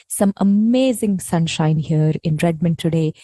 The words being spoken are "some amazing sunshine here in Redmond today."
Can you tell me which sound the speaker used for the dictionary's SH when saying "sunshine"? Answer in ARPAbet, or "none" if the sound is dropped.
SH